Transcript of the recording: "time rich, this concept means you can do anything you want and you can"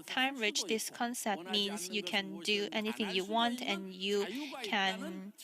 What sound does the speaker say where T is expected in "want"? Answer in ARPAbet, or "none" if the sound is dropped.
T